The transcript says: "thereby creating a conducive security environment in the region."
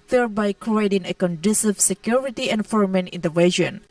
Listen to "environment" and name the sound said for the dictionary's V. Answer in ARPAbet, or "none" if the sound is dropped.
F